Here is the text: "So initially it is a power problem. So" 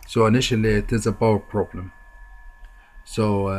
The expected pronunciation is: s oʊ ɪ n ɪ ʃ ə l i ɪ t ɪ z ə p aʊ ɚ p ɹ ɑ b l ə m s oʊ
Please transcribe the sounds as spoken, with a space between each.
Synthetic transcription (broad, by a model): s oʊ ɪ n ɪ ʃ ə l i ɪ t ɪ z ə b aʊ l p ɹ ɑ b l ə m s oʊ